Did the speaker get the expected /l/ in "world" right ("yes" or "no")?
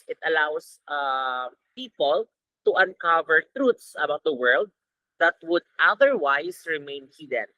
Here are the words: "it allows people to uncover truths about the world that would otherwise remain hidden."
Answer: yes